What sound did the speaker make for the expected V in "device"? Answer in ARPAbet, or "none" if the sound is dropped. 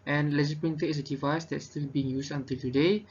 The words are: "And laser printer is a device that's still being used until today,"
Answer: V